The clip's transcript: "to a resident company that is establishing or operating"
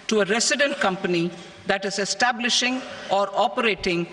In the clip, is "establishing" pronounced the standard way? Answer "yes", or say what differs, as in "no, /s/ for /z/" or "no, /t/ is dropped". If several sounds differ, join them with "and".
yes